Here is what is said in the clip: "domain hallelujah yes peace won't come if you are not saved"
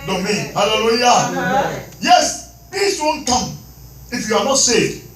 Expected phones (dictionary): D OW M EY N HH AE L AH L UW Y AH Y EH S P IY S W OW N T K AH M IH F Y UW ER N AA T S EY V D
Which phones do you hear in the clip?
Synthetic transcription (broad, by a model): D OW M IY HH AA L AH L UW Y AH Y EH S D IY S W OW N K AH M IH F Y UW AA N AA T S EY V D